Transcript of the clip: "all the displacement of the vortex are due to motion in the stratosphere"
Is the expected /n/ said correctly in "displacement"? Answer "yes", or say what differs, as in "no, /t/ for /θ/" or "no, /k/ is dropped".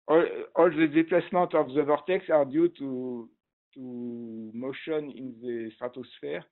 no, /n/ is dropped